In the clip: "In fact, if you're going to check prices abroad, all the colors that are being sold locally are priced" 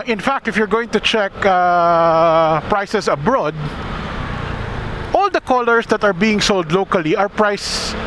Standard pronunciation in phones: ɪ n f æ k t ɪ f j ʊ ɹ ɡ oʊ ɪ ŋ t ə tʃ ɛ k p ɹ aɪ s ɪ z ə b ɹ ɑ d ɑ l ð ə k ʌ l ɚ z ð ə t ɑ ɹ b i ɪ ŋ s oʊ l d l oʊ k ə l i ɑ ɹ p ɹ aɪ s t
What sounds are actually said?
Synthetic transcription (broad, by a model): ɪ n f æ k t ɪ f j ʊ ɹ ɡ oʊ ɪ ŋ t ə tʃ ɛ k p ɹ aɪ s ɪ s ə b ɹ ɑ d ɑ l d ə k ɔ l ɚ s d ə t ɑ ɹ b i ɪ ŋ s oʊ l d l oʊ k ə l i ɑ ɹ p ɹ aɪ s